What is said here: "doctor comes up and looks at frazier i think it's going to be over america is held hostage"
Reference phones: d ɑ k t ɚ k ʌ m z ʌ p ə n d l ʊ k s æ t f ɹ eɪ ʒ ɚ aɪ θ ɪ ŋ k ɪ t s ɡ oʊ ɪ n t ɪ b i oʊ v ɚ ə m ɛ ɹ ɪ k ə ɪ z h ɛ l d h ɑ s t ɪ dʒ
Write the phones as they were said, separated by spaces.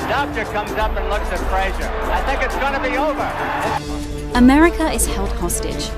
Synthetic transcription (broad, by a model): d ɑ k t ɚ k ʌ m z ʌ p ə n l ʊ k s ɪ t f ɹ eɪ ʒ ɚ aɪ θ ɪ ŋ k ɪ t s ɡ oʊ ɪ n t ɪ b i oʊ v ɚ ə m ɛ ɹ ɪ k ə ɪ z h ɛ l d h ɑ s t ɪ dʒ